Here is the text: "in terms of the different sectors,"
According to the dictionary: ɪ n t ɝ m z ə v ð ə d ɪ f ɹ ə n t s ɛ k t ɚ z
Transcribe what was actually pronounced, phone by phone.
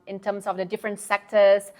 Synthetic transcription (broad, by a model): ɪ n t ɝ m s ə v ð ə d ɪ f ɹ ə n t s ɛ k t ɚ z